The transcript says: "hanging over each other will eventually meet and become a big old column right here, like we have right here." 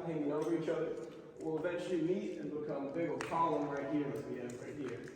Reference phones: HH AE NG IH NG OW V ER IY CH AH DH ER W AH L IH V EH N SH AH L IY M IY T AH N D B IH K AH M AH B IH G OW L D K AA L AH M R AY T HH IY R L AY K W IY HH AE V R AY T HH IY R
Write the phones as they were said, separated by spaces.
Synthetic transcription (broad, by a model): HH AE NG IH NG OW V ER IY CH AH DH ER W AH L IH V EH N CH L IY M IY T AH N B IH K AH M AH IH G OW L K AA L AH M R AY T HH IY R W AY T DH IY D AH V R AY T HH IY R